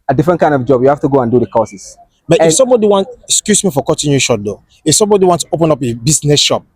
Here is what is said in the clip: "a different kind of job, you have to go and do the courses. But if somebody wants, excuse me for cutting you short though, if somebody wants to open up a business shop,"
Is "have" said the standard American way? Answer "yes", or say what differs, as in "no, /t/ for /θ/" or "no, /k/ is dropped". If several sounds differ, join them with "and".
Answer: no, /f/ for /v/